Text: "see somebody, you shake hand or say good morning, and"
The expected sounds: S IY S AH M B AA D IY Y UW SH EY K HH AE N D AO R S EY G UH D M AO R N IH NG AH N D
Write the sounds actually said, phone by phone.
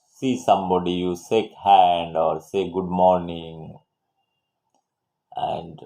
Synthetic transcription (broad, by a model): S IY S AH M B AA D IY Y UW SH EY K HH AE N D AO R S EY G UH D M AO R N IH NG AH N D